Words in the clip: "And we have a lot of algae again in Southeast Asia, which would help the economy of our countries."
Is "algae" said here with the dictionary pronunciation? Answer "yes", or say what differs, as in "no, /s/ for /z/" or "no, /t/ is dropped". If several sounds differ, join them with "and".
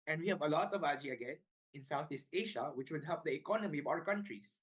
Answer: no, /l/ is dropped